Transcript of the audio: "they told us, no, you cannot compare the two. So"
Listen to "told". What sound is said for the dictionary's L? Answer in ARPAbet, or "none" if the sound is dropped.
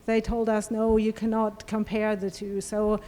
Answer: L